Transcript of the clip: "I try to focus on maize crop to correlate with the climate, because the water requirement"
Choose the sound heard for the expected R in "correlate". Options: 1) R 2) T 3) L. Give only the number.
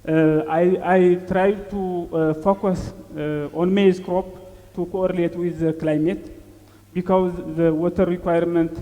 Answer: 1